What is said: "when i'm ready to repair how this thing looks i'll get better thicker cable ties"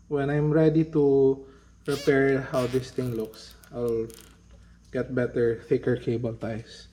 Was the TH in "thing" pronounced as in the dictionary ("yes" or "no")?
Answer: no